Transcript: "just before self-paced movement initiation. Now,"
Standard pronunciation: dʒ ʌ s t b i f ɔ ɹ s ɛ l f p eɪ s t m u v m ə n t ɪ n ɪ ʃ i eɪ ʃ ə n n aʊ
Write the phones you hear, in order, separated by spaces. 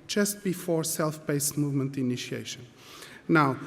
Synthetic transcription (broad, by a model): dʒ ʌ s t b i f ɔ ɹ s ɛ l f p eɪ s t m u v m ə n t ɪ n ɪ ʃ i eɪ ʃ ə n n aʊ